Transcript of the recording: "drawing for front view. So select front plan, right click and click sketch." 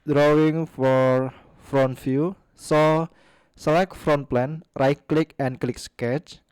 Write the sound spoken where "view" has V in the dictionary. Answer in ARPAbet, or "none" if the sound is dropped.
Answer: F